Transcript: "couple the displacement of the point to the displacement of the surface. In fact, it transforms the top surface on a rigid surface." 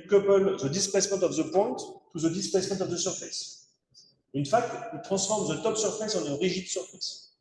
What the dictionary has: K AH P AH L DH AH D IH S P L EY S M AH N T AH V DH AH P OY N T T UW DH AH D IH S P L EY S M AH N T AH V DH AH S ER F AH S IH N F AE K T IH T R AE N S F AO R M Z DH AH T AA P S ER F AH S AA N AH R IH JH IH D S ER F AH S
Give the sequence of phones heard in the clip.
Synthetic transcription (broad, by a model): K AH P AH L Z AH D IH S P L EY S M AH T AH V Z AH P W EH T UW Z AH D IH S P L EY S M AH T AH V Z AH S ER F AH S IH N F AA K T IH T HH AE S F AO R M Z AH T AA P S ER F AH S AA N R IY ZH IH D S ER F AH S